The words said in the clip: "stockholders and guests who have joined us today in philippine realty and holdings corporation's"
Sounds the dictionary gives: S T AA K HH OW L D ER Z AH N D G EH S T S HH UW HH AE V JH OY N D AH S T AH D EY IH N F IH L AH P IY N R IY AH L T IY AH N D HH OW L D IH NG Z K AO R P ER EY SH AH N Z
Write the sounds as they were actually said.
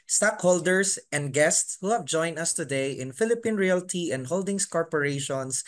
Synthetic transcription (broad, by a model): S T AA K HH OW L D ER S AH N D G EH S T S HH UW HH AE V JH OY N AH S T AH D EY IH N F IH L AH P IY N R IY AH L T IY AH N D HH OW L D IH NG S K AO R P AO EY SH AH N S